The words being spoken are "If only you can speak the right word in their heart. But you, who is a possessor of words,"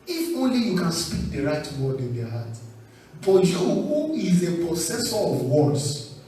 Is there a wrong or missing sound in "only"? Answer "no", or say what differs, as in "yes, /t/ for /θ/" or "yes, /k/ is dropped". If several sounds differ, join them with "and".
no